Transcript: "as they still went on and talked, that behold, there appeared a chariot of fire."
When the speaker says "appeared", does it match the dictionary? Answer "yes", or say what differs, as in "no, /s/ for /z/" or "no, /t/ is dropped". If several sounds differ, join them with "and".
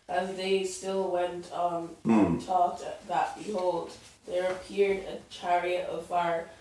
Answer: yes